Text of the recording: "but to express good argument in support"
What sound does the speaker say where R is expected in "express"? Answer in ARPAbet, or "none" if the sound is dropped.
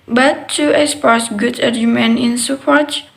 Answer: none